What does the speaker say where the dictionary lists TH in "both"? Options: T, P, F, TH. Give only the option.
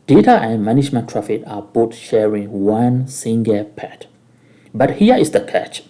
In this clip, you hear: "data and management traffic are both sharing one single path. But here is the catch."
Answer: T